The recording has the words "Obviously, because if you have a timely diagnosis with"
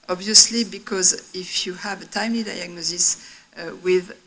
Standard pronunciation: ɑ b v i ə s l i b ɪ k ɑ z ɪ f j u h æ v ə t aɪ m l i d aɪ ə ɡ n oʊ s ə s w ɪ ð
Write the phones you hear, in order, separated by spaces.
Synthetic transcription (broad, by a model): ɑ b v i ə s l i b ɪ k ɑ z ɪ f j u h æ v ə t aɪ m l i d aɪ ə ɡ n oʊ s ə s w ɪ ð